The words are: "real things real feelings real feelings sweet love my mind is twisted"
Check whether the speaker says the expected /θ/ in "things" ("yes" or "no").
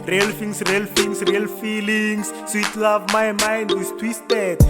no